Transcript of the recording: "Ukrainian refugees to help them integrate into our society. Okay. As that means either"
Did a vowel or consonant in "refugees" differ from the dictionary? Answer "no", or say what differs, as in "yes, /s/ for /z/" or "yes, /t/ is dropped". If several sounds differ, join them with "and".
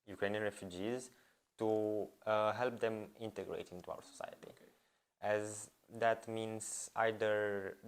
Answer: no